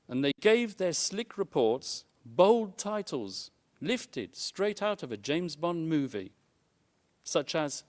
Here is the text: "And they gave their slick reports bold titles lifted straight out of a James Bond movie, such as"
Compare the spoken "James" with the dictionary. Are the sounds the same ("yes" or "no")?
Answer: yes